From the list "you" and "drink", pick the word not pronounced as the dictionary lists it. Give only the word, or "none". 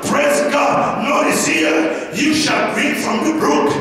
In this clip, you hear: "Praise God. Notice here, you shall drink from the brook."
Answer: drink